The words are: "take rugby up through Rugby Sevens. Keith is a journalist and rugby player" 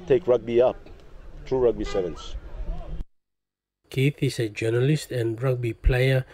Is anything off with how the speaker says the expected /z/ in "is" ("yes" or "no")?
yes